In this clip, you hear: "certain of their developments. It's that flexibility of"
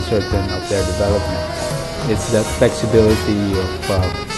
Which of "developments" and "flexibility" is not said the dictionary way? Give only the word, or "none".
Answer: developments